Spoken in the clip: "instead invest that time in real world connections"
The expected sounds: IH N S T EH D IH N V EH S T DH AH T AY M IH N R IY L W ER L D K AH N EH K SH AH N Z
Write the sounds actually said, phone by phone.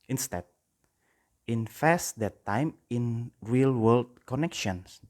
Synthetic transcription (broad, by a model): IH N S T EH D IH N F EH S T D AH T AY M IH N R IY L W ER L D K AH N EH K SH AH N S